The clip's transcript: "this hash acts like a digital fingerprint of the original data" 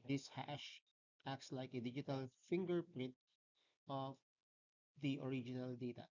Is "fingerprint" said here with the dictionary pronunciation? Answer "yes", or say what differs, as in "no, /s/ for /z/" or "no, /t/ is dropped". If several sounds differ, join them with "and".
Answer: yes